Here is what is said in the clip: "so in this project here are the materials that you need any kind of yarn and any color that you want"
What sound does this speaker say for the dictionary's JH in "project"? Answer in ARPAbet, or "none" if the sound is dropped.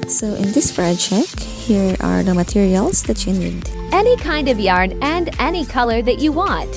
CH